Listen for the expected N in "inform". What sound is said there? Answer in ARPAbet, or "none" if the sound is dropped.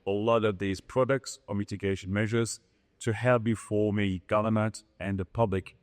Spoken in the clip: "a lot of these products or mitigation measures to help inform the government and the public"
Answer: none